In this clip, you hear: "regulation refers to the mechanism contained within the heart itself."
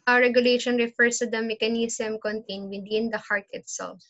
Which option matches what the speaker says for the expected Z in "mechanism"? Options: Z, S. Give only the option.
S